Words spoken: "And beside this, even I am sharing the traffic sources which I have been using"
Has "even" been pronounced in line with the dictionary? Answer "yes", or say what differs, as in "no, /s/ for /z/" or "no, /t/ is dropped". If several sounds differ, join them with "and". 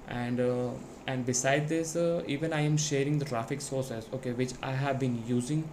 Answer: yes